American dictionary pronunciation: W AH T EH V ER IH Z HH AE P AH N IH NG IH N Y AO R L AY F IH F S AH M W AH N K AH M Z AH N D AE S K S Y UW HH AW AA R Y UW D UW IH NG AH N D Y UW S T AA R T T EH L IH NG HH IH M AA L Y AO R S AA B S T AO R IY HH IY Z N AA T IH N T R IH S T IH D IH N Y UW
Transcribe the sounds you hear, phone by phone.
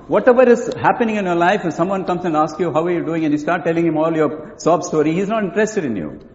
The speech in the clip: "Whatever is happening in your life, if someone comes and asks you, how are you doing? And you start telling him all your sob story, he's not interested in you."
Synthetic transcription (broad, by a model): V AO T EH V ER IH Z HH AE P AH N IH NG IH N Y AO R L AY IH F S AH M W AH N K AH M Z AH N D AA S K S Y UW HH AW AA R Y UW D UW IH NG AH N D Y UW S T AA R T T EH L IH NG HH IH M AA L Y AO R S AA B S T AO R IY HH IY Z N AA T IH N T R IH S T IH D IH N Y UW